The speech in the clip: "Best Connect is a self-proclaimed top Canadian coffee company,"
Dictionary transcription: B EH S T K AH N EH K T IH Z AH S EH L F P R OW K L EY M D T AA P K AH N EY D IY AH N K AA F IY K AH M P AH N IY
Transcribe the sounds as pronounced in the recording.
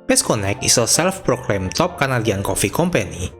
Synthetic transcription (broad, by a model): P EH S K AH N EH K IH S AH S EH L F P R OW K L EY M T AA P K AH N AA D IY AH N K AA F IY K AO M P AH N IY